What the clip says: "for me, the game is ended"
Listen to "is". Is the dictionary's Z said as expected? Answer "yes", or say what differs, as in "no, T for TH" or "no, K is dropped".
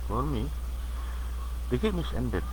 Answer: no, S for Z